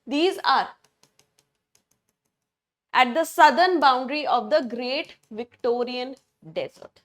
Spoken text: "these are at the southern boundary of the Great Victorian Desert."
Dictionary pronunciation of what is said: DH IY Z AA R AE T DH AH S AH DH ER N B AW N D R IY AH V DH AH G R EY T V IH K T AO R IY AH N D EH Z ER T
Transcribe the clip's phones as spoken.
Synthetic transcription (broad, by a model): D IY Z AA R AE T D AH S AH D ER N B AW N D R IY AH V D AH G R EY T V IH K T AO R IY AH N D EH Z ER T